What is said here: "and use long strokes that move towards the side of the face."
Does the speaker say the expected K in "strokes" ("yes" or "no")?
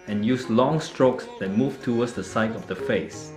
yes